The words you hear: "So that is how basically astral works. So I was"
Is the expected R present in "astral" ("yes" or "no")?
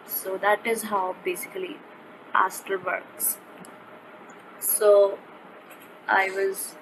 no